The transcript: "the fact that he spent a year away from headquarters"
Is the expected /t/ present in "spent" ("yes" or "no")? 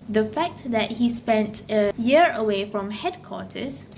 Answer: yes